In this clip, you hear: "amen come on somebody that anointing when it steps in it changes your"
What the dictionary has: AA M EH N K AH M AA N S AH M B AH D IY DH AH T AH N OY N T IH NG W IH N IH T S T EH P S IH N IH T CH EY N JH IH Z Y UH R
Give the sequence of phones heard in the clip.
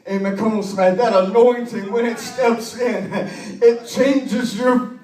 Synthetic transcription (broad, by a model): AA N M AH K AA L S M AH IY DH AH T AH N OY N T IH NG W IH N IH T S T EH P S IH N IH T CH EY N JH IH Z Y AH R